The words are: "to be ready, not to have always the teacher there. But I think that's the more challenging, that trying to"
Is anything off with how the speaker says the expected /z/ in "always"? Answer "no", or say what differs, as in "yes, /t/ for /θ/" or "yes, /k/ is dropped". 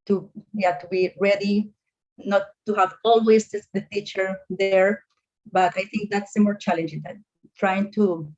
yes, /s/ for /z/